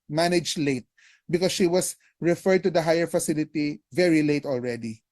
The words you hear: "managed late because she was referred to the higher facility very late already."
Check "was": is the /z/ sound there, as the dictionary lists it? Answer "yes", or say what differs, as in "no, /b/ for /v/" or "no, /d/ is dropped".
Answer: no, /s/ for /z/